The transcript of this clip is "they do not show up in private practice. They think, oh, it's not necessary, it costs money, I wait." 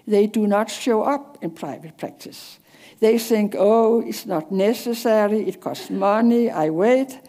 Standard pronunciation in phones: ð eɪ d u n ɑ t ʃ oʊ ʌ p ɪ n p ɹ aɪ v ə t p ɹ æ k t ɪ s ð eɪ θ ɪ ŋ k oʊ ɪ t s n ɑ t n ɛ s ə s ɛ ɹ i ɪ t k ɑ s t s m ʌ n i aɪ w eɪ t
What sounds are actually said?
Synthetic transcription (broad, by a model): ð eɪ d u n ɑ t ʃ oʊ ʌ p ɪ n p ɹ aɪ v ə t p ɹ æ k t ɪ s ð eɪ θ ɪ ŋ k oʊ ɪ t s n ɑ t n ɛ s ə s ɛ ɹ i ɪ t k ɑ s t s m ʌ n i aɪ w eɪ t